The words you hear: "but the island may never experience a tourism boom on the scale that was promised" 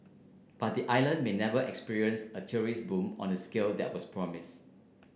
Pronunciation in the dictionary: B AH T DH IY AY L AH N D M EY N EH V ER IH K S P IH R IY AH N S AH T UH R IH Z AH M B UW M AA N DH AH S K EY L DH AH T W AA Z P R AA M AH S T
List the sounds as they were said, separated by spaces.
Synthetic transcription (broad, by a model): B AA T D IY AY L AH N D M EY N EH V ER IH K S P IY R IY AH N S AH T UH R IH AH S B UW M AA N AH S K EY L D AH T W AA S P R AA M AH S